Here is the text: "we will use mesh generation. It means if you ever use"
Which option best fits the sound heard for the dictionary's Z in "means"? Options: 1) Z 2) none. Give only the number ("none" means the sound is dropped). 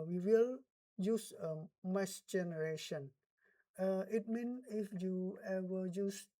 2